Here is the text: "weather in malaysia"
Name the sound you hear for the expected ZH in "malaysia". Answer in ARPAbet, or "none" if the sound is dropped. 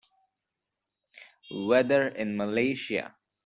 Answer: SH